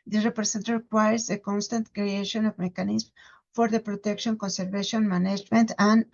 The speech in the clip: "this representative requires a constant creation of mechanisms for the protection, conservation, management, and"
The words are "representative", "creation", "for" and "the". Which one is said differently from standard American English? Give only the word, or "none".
representative